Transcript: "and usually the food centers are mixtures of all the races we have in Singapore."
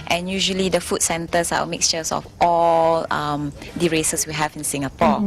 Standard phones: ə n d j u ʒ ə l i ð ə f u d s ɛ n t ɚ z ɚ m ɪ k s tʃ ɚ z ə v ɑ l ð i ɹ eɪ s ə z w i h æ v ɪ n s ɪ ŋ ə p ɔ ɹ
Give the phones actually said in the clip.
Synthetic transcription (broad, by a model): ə n j u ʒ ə l i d ə f u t s ɛ n t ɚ s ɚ m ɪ k s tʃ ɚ s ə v ɑ l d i ɹ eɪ s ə s w i h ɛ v ɪ n s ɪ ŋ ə p ɔ